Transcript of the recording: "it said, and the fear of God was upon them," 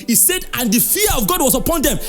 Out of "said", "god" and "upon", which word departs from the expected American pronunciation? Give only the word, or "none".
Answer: none